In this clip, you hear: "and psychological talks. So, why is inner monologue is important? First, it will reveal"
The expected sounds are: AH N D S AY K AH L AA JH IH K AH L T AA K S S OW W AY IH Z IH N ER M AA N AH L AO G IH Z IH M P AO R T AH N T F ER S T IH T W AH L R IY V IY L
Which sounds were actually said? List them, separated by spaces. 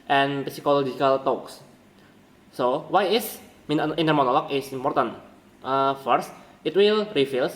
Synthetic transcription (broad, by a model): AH N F S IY K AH L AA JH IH K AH L T AA K S S OW W AY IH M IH N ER M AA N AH L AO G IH S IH M P AO R T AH N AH F ER S T IH T W AH L R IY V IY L